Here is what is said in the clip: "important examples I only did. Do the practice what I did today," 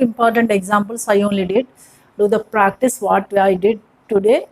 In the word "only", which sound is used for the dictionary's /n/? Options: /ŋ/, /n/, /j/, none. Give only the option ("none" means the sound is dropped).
/n/